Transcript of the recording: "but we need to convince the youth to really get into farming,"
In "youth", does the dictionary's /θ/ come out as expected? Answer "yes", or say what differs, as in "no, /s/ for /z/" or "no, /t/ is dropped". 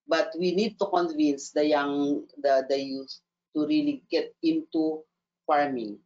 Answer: no, /s/ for /θ/